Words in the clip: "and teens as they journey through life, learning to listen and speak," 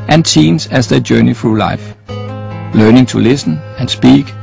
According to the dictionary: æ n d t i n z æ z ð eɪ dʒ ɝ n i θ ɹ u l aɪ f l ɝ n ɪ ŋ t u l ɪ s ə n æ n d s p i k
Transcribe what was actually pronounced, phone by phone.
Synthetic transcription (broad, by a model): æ n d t i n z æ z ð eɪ dʒ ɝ n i f ɹ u l aɪ f l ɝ n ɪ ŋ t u l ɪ s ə n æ n s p i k